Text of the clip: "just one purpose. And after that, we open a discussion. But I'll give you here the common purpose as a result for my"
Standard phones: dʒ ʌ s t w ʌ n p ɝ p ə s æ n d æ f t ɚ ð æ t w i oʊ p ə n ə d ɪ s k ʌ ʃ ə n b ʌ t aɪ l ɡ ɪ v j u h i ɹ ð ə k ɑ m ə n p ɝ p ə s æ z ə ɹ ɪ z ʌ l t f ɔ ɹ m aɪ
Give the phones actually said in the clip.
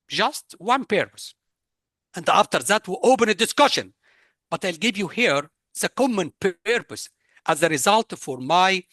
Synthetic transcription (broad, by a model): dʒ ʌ s t w ʌ n p ɝ p ə s æ n d æ f t ɚ ð æ t w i oʊ p ə n ə d ɪ s k ʌ ʃ ə n b ʌ t aɪ l ɡ ɪ v j u h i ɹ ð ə k ɑ m ə n p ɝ p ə s æ z ə ɹ ɪ z ʌ l t f ɔ ɹ m aɪ